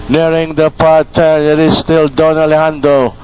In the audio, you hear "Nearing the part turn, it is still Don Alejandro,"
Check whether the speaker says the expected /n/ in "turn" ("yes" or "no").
no